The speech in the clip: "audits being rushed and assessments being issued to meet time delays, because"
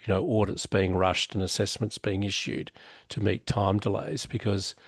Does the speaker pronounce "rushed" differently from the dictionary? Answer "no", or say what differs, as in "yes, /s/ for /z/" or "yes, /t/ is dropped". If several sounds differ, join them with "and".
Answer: no